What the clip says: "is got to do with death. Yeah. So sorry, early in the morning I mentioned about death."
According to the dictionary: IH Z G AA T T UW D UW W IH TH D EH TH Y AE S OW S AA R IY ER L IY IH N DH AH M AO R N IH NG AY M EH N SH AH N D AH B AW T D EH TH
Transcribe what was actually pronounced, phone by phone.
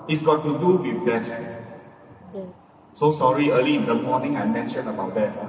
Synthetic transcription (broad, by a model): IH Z G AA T T UW D UW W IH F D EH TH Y S OW S AA R IY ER L IY IH N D AH M AO N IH NG AY M EH N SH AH N AH B AW T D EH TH